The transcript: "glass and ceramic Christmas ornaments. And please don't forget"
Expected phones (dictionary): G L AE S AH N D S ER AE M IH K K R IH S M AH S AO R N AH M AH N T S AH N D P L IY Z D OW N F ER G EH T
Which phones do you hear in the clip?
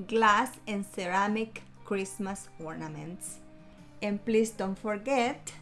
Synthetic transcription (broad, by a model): G L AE S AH N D S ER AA M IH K K R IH S M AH S AO R N AH M AH N T S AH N P L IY S D OW N F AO G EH T